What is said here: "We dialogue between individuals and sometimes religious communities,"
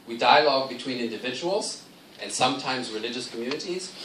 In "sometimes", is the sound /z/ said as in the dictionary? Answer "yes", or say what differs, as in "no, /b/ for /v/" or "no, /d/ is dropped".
yes